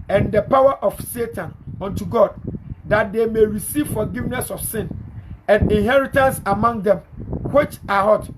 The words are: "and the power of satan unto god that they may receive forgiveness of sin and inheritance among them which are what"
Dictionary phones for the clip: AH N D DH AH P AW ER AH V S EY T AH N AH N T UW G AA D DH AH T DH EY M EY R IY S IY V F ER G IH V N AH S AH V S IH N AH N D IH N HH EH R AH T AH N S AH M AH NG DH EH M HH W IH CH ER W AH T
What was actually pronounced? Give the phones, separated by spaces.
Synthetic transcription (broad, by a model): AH N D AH P AW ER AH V S EY T AH N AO N T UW G AA D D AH T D EY M EY R IY S IY V F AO G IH V N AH S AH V S IH N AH N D IH N HH EH R AH T AH N S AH M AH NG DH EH M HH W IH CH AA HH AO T